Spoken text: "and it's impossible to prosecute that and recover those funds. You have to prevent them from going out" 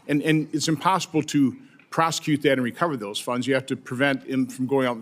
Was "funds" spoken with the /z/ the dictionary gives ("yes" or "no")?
yes